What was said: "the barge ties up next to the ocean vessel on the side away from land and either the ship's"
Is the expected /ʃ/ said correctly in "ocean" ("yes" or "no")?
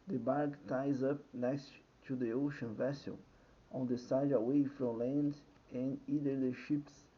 yes